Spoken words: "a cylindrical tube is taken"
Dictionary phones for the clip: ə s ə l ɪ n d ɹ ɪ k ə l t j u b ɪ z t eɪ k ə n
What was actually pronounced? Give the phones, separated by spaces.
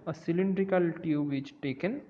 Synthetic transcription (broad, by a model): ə s ə l ɪ n d ɹ ɪ k ə l t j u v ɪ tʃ t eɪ k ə n